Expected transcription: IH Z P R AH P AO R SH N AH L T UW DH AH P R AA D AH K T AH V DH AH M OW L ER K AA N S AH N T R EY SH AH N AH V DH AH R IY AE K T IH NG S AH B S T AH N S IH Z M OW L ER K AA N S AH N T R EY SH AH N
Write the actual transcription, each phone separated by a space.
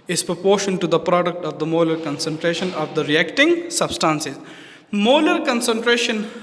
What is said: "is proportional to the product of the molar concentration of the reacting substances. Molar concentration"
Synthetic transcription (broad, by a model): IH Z P R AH P AO R SH AH N T UW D AH P R AA D AH K T AH V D AH M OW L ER K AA N S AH N T R EY SH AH N AH V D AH R IY AE K T IH NG S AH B S T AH N S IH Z M OW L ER K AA N S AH N T R EY SH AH N